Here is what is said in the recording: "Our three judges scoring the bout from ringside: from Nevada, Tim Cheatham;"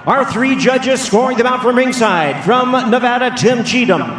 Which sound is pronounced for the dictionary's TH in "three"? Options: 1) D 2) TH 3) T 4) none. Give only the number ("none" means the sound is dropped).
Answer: 2